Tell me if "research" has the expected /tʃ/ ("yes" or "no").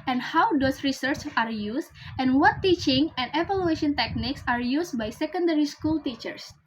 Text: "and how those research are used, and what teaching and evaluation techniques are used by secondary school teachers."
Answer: yes